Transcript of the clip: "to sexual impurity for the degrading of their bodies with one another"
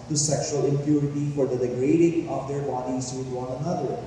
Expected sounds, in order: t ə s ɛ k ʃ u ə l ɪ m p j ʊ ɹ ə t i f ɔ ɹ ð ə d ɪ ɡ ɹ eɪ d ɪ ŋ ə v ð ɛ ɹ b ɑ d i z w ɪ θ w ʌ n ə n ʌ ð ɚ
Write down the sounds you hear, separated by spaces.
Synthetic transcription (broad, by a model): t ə s ɛ k ʃ u ə l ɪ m p j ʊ ɹ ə t i f ɔ ɹ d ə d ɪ ɡ ɹ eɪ d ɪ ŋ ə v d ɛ ɹ b ɑ d i z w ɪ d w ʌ n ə n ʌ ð ɚ